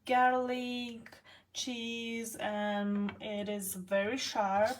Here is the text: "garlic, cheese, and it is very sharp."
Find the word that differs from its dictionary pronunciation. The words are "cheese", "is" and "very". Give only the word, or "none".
none